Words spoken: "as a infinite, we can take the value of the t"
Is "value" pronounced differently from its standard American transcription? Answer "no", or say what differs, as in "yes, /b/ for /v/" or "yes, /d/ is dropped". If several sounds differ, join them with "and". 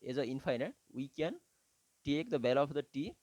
yes, /b/ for /v/